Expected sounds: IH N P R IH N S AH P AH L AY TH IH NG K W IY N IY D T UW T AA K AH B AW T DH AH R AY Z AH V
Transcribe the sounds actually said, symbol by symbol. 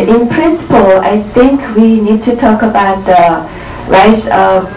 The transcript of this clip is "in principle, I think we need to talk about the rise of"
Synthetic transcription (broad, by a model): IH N P R IH N S AH P AH L AY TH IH NG K W IY N IY D T UW T AA K AH B AW T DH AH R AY S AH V